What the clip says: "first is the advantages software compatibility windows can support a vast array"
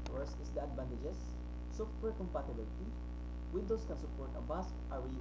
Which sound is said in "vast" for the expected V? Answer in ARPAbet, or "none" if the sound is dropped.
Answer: B